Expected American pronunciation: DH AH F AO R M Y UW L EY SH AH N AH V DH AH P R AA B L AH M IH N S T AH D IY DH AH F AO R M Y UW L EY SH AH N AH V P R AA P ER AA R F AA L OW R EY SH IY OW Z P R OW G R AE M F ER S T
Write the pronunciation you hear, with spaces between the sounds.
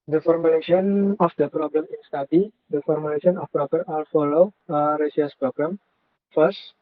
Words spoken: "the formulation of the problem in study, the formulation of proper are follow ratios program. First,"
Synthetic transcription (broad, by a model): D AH F AO R M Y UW L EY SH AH N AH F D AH P R AA B L AH M IH N S T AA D IY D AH F AO R M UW L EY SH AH N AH F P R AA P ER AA L F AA L OW R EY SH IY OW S P R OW G R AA M F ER S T